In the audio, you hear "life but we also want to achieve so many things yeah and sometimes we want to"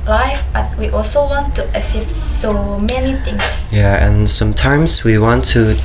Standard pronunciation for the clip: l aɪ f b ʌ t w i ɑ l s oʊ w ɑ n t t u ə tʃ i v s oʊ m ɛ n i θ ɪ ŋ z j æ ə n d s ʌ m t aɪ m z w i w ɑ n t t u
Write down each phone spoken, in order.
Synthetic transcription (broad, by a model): l aɪ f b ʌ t w i ɑ l s oʊ w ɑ n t t u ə s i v s oʊ m ɛ n i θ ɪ ŋ s j æ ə n s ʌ m t aɪ m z w i w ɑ n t t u